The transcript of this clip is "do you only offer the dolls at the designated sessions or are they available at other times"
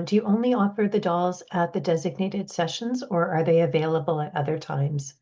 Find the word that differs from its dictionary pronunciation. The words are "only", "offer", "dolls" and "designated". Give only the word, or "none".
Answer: none